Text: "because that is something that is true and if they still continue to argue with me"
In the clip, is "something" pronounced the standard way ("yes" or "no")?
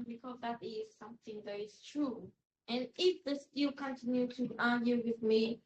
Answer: yes